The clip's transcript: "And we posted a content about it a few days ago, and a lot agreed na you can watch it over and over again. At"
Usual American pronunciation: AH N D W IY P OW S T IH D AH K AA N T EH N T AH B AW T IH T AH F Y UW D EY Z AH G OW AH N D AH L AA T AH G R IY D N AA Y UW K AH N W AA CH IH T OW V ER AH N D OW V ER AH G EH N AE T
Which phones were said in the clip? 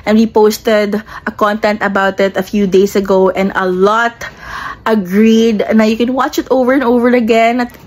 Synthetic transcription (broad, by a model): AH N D W IY P OW S T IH D AH K AA N T EH N T AH B AW T IH T AH F Y UW D EY S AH G OW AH N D AH L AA T AH G R IY D N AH Y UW K AH N W AA CH IH T OW V ER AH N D OW V ER AH G EH N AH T